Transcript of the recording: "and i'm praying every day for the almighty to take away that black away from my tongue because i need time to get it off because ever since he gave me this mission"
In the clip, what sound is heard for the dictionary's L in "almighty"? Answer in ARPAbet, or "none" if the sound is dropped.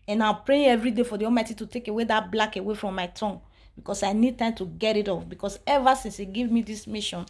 none